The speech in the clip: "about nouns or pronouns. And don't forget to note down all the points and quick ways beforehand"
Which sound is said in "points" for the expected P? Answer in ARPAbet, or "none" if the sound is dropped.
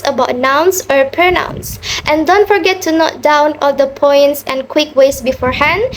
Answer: P